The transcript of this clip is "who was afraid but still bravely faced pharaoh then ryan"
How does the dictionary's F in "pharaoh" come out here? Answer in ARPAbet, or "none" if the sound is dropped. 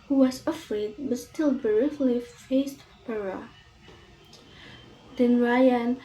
P